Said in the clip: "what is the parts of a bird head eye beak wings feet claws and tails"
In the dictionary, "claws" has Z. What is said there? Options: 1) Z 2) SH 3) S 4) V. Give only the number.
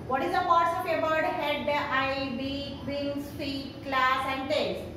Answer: 3